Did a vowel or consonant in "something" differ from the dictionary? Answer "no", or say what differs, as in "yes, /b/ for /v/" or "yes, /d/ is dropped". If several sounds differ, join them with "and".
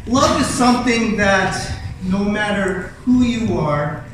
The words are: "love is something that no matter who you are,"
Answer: no